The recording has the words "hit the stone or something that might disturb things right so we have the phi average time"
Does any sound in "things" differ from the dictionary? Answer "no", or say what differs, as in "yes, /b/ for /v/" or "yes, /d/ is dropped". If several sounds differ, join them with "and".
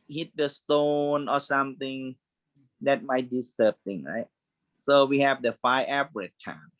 yes, /z/ is dropped